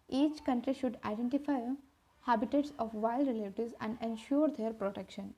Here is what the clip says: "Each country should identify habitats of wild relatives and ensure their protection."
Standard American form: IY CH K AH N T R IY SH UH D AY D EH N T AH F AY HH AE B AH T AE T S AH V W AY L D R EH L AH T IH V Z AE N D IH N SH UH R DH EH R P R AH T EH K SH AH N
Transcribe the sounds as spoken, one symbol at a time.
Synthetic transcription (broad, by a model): IY CH K AH N T R IY SH UH D AY D EH N T AH F AY HH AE B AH T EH T S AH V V AY L D R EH L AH T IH Z AE N D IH N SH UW R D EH R P R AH T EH K SH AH N